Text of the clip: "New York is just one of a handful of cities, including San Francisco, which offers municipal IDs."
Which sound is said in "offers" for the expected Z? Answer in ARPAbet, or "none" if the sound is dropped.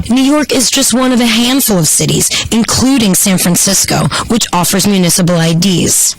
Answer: Z